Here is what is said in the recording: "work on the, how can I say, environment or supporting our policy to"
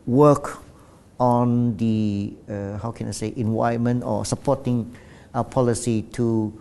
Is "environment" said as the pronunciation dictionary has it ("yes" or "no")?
no